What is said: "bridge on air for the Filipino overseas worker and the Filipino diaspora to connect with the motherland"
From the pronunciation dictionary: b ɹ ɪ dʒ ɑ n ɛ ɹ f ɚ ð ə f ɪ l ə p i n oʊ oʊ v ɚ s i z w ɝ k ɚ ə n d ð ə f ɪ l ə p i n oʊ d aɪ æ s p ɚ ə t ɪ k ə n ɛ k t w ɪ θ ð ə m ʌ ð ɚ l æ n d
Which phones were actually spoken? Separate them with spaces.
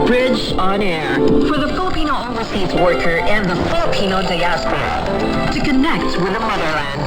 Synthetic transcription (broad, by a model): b ɹ ɪ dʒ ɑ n ɛ ɹ f ɚ ð ə f ɪ l ə p i n oʊ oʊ ɚ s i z w ɝ k ɚ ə n ð ə f ɪ l ə p i n oʊ d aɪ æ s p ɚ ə t ɪ k ə n ɛ k t w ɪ ð ə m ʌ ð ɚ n